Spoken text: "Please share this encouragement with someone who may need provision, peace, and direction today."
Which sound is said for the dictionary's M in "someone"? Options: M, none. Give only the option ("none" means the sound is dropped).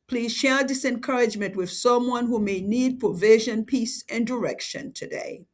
M